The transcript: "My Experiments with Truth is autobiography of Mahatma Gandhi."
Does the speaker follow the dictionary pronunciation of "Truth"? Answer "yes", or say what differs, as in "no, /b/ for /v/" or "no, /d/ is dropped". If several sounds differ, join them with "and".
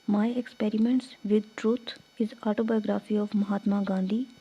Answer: no, /t/ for /θ/